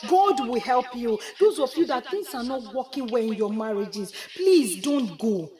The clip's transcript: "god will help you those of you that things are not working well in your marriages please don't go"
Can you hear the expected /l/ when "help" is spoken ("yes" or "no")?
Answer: yes